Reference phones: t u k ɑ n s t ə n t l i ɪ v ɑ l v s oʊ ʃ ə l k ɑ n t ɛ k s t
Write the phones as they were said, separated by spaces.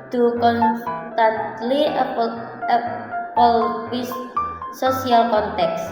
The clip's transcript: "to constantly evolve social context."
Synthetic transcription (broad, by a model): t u k ɑ n s t ə n t l i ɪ p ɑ l w s oʊ s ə l k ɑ n t ɛ k s